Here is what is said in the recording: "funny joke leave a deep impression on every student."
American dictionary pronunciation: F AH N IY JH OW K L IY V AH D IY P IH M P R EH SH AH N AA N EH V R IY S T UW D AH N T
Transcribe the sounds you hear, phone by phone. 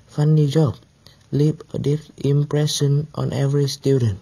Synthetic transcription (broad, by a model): F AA N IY JH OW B L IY P AH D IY F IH M P R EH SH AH N AA N EH V R IY S T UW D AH N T